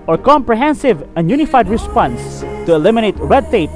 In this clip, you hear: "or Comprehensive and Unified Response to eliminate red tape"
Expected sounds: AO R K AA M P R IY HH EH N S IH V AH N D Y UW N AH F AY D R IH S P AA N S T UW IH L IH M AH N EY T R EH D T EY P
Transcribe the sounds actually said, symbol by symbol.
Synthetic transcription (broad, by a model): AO R K AA M P R IY HH EH N S IH V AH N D Y UW N AH F AY D R IH S P AA N S T UW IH L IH M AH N EY T R EH D T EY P